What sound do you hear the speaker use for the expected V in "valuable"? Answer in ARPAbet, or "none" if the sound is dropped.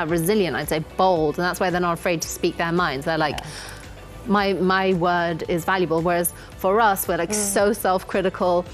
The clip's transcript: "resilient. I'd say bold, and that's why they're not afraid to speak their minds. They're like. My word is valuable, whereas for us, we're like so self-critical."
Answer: V